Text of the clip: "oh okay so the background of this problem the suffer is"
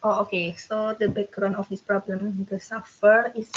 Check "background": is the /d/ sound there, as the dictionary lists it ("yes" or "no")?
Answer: no